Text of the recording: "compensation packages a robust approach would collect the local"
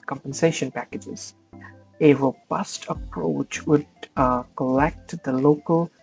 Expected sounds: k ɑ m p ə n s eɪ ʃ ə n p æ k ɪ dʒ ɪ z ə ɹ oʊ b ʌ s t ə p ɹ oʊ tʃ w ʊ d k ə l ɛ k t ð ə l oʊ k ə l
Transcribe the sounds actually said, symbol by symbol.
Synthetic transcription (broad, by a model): k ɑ m p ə n s eɪ ʃ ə n p æ k ɪ dʒ ɪ z ə ɹ oʊ b ʌ s t ə p ɹ oʊ tʃ w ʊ d k ə l ɛ k t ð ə l oʊ k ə l